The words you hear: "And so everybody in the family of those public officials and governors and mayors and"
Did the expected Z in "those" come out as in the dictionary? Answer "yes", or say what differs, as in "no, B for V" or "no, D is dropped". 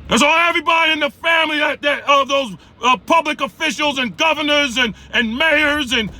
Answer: yes